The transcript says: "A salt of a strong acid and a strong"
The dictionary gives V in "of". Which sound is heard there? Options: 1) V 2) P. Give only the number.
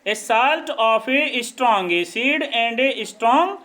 2